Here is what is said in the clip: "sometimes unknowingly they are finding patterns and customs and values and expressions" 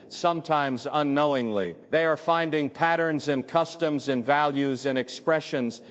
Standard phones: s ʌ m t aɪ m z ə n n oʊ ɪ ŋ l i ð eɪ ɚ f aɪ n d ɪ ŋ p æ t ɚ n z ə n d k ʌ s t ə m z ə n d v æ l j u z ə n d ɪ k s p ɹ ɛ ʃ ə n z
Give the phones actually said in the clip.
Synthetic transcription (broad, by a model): s ʌ m t aɪ m z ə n n oʊ ɪ ŋ l i ð eɪ ɚ f aɪ n d ɪ ŋ p æ t ɚ n z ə n k ʌ s t ə m z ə n v æ l j u z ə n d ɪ k s p ɹ ɛ ʃ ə n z